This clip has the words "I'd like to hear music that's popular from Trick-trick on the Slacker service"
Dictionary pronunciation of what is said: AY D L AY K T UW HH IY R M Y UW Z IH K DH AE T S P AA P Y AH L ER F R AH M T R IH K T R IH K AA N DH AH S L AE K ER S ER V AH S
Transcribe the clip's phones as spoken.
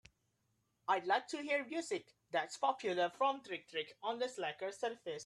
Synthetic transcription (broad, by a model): AY D L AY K T UW HH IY R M Y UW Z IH K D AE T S P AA P Y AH L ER F R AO M T R IH K T R IH K AA N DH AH S L AE K ER S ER F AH S